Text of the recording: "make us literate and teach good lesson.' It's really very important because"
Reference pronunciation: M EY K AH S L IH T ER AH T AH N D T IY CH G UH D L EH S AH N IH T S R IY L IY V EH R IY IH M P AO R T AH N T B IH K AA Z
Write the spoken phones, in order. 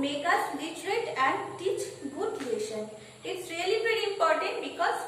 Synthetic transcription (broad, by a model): M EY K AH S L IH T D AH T AH N D T IY CH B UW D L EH SH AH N IH T S R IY L IY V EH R IY IH M P AO R T AH N T B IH K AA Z